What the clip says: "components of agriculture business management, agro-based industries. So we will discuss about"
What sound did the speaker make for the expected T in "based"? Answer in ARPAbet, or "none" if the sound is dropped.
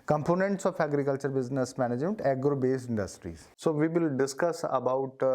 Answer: none